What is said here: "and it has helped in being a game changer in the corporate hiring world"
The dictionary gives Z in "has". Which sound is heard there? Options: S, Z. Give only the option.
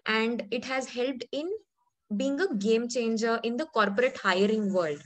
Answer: Z